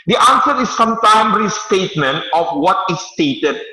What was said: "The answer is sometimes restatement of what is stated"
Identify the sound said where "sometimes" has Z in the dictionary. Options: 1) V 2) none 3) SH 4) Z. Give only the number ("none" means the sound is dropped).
2